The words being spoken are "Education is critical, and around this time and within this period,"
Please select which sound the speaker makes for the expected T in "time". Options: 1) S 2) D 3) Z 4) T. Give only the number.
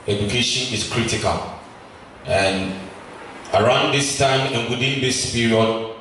4